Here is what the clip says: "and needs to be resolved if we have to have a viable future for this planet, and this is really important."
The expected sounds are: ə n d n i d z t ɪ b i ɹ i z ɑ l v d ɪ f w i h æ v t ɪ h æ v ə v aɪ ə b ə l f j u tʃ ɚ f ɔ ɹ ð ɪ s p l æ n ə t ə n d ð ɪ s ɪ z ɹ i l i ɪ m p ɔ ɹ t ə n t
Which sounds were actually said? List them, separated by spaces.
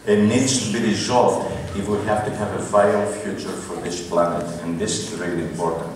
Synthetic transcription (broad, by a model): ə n n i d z t ɪ b i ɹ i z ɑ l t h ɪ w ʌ h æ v t ɪ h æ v ə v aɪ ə ə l f j u tʃ ɚ f ɔ ɹ ð ɪ s p l æ n ə t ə n ð ɪ s ɪ z ɹ i l i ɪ m p ɔ ɹ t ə n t